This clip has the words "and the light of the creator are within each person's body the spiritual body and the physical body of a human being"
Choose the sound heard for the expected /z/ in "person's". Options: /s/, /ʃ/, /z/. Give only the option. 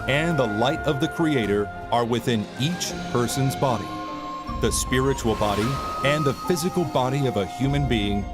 /z/